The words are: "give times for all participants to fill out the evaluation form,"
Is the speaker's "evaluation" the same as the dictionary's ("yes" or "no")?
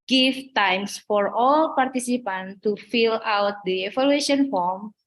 no